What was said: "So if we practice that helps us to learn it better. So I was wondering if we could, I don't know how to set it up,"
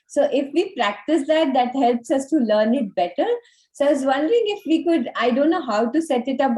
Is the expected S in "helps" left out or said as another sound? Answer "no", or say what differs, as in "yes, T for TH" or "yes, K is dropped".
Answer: no